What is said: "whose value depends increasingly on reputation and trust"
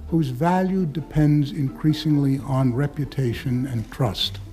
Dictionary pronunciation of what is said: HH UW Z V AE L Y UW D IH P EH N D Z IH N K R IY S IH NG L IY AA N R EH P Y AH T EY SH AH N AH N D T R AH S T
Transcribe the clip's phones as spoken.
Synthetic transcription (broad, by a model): HH UW Z V AE L Y UW D IH P EH N D Z IH N K R IY S IH NG L IY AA N R EH P Y AH T EY SH AH N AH N T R AH S T